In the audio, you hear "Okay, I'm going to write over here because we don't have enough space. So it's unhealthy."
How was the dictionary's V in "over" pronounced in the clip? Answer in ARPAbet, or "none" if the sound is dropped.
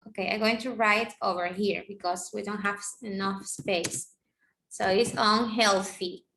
V